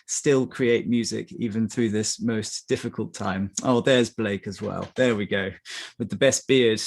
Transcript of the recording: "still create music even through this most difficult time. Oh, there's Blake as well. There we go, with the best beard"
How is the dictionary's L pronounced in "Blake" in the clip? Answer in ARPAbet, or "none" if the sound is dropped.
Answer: L